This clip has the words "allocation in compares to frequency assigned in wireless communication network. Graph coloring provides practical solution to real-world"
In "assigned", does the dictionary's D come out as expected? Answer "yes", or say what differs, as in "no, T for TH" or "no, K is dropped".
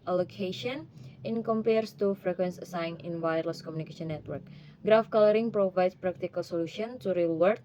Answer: no, D is dropped